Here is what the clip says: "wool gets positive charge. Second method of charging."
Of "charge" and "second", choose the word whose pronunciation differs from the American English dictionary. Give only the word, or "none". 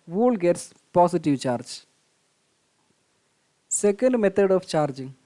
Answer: none